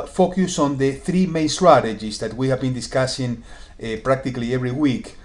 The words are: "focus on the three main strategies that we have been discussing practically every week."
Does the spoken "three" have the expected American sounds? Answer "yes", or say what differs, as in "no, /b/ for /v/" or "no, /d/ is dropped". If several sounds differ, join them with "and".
yes